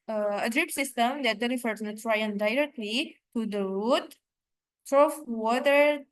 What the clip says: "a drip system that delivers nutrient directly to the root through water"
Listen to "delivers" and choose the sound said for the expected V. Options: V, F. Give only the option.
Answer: F